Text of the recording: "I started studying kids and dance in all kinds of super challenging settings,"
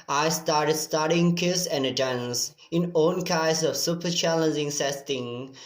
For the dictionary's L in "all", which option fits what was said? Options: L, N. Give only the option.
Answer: N